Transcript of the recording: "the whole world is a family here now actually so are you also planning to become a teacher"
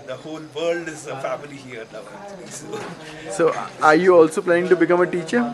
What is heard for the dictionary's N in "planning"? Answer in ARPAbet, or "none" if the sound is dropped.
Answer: none